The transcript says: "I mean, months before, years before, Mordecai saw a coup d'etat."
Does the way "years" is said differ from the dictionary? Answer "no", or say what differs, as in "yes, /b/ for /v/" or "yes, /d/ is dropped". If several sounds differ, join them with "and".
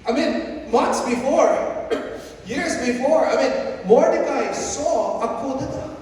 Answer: no